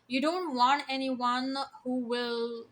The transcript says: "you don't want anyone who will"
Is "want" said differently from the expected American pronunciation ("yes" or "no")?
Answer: no